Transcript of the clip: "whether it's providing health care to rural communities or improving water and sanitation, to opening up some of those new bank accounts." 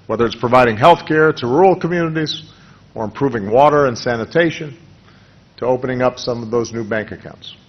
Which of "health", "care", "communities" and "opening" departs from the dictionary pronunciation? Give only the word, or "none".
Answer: none